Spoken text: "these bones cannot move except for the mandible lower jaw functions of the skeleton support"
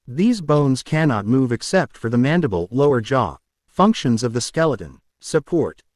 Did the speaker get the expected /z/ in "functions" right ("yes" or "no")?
yes